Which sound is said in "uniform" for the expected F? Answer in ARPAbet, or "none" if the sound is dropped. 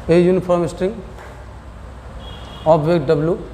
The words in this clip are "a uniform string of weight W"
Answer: P